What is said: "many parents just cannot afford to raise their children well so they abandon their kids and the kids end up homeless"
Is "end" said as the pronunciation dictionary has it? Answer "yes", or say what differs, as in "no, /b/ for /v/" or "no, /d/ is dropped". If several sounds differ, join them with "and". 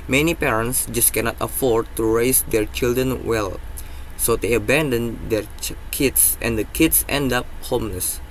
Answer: yes